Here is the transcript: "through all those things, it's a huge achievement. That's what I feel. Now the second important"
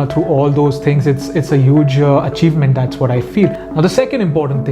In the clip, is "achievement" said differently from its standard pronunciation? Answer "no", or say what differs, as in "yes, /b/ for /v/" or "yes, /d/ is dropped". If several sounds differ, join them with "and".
no